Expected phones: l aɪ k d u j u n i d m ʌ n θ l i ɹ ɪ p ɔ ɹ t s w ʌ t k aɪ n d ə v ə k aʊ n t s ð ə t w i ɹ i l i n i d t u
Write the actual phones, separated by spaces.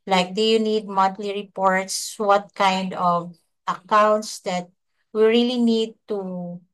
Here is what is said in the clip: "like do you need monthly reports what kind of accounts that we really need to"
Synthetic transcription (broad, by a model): l aɪ k d u j u n i d m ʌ n t l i ɹ ɪ p ɔ ɹ t s w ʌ t k aɪ n d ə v ə k aʊ n t s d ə t w i ɹ i l i n i d t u